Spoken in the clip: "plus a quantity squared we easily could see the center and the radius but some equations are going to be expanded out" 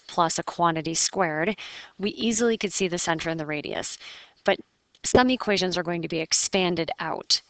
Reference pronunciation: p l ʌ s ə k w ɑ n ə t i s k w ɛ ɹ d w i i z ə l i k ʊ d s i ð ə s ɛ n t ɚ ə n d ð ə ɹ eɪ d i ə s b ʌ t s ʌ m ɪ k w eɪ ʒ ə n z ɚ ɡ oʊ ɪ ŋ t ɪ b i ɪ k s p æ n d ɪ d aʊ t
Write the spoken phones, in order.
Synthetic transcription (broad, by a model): p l ʌ s ə k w ɑ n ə t i s k w ɛ ɹ d w i i z l i k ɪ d s i ð ə s ɛ n t ɚ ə n ð ə ɹ eɪ d i ə s b ʌ t s ʌ m ɪ k w eɪ ʒ ə n z ɚ ɡ oʊ ɪ ŋ t ɪ b i ɪ k s p æ n d ɪ d aʊ t